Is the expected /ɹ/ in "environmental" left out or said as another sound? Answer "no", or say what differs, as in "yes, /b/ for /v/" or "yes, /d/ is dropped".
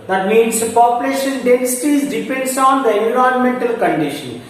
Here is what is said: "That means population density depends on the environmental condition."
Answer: yes, /ɹ/ is dropped